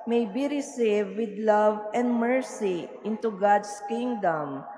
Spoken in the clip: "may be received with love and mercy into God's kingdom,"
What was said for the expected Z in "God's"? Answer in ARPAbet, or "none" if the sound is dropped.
S